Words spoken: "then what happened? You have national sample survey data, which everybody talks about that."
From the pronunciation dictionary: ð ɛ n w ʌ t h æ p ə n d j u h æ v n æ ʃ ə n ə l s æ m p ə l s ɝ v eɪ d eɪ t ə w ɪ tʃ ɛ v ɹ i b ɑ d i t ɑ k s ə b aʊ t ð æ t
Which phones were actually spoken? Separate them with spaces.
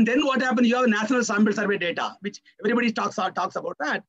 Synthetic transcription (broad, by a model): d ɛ n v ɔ t h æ p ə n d j u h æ v n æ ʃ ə n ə l s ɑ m b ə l s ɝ v eɪ d eɪ t ə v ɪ tʃ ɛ v ɹ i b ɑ d i t ɑ k s ə b aʊ t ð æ t